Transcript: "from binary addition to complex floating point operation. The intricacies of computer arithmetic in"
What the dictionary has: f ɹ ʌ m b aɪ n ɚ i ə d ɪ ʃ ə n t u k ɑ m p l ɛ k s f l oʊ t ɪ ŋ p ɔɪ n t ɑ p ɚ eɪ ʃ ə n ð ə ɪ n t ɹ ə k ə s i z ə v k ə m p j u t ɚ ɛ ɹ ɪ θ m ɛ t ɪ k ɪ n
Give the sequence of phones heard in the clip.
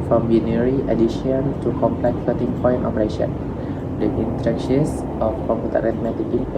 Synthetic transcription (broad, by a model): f ɹ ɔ m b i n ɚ i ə d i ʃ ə n t u k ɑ m p l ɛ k f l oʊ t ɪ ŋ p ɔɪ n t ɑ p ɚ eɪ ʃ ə n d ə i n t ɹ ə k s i s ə f k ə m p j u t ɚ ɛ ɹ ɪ t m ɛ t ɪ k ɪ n